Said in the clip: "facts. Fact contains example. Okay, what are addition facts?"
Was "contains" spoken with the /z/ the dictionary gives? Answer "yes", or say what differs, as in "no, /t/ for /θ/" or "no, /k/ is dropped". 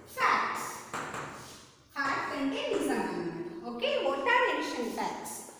no, /z/ is dropped